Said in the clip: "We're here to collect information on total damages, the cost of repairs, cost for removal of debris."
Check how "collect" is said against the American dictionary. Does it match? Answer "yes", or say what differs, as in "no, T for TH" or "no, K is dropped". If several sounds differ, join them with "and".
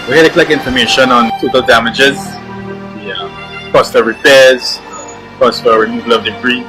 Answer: no, T is dropped